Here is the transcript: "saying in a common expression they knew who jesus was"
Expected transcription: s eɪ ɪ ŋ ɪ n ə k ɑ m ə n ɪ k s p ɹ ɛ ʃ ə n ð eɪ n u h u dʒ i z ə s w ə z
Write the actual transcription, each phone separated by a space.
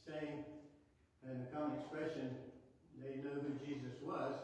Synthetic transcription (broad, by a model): s eɪ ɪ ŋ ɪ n ə k ɑ m ə n ɪ k s p ɹ ɛ ʃ ə n ð eɪ n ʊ h u dʒ i z ə s w ə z